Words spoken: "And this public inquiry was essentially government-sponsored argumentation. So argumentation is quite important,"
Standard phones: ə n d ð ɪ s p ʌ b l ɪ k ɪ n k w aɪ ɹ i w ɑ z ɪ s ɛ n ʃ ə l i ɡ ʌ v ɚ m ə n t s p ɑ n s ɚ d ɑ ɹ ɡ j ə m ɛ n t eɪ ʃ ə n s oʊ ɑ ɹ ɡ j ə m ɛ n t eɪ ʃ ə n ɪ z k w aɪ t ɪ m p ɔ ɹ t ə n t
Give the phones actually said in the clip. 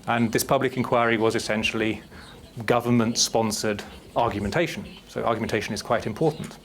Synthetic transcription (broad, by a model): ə n ð ɪ s p ʌ b l ɪ k ɪ n k w aɪ ɹ i w ɑ z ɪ s ɛ n ʃ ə l i ɡ ʌ v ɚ m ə n t s p ɑ n s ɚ d ɑ ɹ ɡ j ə m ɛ n t eɪ ʃ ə n s oʊ ɑ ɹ ɡ j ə m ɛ n t eɪ ʃ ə n ɪ z k w aɪ t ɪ m p ɔ ɹ t n t